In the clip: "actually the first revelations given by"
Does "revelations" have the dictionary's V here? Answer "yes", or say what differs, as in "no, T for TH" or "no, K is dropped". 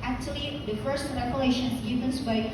no, P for V